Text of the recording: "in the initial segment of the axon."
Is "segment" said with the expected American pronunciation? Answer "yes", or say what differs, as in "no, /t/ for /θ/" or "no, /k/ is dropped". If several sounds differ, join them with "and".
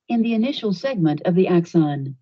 yes